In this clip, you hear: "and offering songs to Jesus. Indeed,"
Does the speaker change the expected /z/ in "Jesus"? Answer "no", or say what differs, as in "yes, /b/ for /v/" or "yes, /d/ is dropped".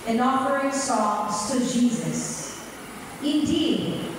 no